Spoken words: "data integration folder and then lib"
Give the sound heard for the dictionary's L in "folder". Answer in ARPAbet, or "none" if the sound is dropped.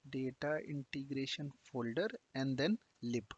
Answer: L